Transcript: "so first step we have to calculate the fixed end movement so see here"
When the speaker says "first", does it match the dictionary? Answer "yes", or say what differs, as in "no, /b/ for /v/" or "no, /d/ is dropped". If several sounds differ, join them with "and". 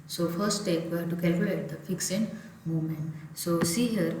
no, /s/ is dropped